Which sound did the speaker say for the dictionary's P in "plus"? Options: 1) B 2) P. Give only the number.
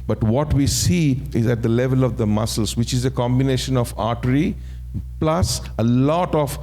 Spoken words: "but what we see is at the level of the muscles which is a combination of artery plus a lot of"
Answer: 2